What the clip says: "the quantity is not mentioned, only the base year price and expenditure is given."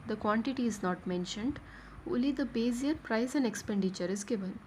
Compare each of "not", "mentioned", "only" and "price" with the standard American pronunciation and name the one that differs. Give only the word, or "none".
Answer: only